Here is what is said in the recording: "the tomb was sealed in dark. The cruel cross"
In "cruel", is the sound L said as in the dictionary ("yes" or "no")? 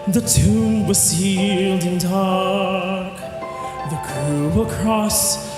no